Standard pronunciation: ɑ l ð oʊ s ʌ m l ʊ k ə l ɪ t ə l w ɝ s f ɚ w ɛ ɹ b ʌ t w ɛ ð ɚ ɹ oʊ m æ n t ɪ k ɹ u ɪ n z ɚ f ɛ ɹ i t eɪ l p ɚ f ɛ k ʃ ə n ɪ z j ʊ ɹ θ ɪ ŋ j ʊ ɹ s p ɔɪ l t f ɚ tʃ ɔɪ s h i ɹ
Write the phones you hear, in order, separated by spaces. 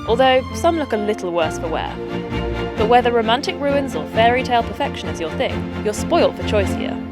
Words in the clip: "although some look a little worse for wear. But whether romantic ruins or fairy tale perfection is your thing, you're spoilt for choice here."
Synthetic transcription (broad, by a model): ɑ l ð oʊ s ʌ m l ʊ k ə l ɪ t l w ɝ s f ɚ w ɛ b ʌ t w ɛ ð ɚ ɹ oʊ m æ n t ɪ k ɹ u ɪ n z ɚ f ɛ ɹ i t eɪ l p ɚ f ɛ k ʃ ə n ɪ z j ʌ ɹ θ ɪ ŋ j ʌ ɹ s p ɔɪ l t f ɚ tʃ ɔɪ s h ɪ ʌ